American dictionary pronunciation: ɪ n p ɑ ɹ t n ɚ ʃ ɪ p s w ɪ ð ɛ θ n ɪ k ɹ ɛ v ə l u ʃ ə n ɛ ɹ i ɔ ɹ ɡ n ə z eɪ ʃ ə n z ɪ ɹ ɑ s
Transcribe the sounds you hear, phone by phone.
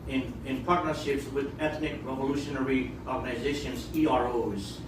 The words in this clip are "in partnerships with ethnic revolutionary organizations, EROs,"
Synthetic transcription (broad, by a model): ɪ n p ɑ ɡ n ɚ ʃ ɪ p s w ɪ ð ɛ θ n ɪ k ɹ ɛ v ə l u ʃ ə n ɛ ɹ i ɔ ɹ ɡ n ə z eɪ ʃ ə n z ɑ ɹ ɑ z